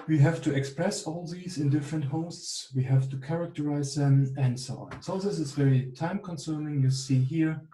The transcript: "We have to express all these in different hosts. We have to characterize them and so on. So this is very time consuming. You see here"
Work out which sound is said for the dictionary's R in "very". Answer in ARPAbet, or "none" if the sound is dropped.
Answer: L